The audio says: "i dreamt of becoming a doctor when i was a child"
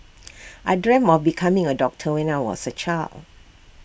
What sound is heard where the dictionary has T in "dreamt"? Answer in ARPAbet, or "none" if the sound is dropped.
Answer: none